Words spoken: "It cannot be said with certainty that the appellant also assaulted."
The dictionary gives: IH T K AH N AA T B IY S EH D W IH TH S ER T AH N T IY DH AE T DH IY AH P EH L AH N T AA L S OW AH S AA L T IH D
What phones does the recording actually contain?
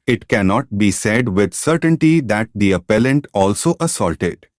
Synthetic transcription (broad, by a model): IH T K AH N AA T B IY S EH D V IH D S ER T AH N T IY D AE T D IY AH P EH L AH N T AA L S OW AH S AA L T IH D